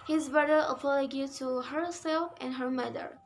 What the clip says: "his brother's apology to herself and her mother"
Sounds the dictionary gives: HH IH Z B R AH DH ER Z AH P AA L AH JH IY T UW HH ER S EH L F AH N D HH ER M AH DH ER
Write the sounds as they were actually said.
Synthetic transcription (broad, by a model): HH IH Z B R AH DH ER AH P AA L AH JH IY T UW HH ER S EH L F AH N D HH ER M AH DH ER